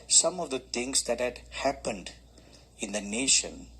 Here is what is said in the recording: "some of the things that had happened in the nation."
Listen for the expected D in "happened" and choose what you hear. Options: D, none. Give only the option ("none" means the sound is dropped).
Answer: D